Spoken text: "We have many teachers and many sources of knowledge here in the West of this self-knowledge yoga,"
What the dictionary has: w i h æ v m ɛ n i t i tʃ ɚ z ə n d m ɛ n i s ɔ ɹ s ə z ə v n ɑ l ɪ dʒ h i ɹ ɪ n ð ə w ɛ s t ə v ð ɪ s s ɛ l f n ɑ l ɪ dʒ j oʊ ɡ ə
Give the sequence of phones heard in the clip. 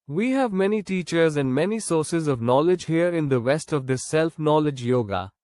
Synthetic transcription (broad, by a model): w i h æ v m ɛ n i t i tʃ ɚ z ə n d m ɛ n i s ɔ ɹ s ə z ə v n ɑ l ɪ dʒ h i ɹ ɪ n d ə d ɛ s t ə v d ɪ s s ɛ l f n ɑ l ɪ dʒ j oʊ ɡ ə